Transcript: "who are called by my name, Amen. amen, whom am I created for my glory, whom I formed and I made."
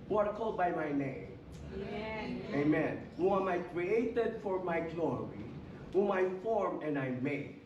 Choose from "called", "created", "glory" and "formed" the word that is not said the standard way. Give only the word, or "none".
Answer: formed